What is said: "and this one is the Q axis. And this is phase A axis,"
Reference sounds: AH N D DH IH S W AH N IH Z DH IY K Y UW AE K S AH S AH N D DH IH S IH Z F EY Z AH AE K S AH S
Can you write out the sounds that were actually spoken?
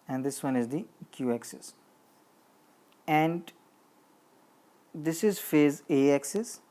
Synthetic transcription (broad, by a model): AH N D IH S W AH N IH Z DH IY K Y UW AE K S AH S AH N D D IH S IH Z F EY Z AH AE K S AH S